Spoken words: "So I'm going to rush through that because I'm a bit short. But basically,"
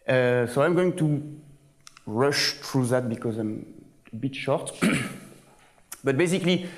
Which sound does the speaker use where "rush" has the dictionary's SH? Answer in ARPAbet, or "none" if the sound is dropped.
SH